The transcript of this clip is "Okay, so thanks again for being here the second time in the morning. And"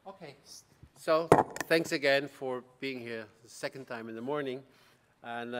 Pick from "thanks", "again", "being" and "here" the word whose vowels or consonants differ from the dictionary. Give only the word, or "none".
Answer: none